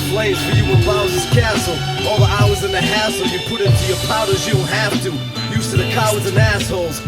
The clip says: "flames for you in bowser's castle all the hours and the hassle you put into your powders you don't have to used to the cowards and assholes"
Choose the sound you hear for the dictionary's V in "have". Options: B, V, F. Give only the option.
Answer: F